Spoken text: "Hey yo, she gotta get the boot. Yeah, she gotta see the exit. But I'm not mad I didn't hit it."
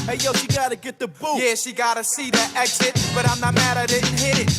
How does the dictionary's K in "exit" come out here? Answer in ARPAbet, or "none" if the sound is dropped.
K